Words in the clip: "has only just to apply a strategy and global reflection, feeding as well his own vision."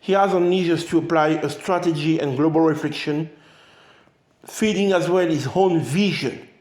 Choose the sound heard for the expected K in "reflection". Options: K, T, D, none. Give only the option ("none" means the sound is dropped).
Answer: K